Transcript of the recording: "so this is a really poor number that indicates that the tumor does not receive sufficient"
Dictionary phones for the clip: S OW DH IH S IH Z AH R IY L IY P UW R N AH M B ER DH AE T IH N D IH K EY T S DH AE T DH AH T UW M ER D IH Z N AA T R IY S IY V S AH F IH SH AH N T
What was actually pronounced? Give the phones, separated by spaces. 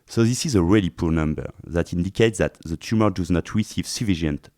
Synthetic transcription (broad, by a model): S OW DH IH S IH Z AH R IY L IY P UW R N AH M B ER DH AE T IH N D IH K EY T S DH AE T DH AH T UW M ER D IH Z N AA T R IY S IY V S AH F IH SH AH N T